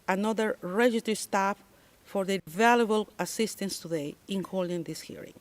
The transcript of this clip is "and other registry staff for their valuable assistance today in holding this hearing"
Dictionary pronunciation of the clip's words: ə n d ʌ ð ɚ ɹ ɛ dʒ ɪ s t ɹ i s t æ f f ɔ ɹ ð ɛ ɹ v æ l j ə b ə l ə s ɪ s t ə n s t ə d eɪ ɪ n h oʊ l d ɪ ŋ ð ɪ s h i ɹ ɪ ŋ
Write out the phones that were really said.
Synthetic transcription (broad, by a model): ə n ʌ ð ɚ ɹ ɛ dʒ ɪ t i s t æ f f ɔ ɹ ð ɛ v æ l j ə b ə l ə s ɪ s t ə n s t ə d eɪ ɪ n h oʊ l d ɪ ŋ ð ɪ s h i ɹ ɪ ŋ